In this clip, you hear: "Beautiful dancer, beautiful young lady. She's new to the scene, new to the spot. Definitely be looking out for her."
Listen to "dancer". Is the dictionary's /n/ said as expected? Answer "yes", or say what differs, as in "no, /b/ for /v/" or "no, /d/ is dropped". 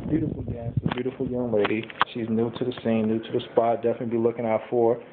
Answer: no, /n/ is dropped